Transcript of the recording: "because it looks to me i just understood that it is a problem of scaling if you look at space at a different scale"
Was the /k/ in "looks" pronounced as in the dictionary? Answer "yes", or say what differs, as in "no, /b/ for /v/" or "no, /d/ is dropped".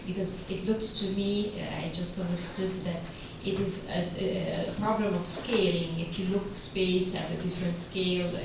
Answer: yes